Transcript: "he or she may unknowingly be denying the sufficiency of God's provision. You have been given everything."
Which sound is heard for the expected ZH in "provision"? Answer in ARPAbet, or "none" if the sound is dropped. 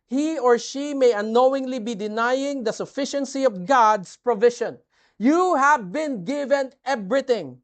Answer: SH